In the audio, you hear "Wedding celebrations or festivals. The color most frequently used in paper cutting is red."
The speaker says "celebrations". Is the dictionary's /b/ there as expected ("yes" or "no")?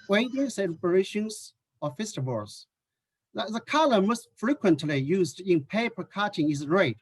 no